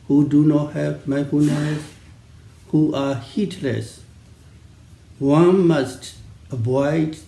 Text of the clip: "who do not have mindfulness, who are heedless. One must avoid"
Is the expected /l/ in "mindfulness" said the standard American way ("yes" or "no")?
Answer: no